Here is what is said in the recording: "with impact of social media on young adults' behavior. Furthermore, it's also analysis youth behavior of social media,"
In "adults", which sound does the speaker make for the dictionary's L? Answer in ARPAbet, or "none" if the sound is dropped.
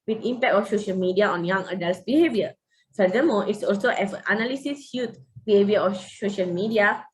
L